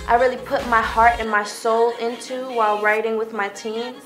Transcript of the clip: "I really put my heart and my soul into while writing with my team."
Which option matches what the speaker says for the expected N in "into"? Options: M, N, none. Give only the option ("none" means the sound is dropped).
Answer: N